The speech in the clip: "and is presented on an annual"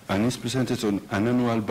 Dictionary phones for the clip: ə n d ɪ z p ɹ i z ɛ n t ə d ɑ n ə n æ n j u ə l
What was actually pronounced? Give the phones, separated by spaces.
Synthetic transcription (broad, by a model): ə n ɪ s p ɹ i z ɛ n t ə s ɑ n ə n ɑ n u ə l